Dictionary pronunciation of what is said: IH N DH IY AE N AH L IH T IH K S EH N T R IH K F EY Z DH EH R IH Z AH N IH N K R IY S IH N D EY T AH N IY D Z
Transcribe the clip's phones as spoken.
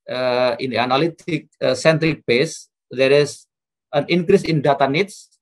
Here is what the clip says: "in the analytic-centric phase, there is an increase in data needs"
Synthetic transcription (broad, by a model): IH N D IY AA N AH L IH T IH K S EH N T R IH K P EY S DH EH R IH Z AH N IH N K R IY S IH N D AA T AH N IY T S